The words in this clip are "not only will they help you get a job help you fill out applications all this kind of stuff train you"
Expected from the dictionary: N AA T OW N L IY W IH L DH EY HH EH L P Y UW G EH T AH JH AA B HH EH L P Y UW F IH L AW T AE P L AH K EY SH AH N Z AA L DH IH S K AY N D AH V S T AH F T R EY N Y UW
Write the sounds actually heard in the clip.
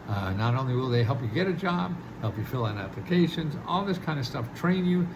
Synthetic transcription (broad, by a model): N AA T OW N L IY W IH L DH EY HH EH L P Y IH G EH T AH JH AA B HH EH L P Y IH F IH L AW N AE P L AH K EY SH AH N Z AA L DH IH S K AY N D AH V S T AH F T R EY N Y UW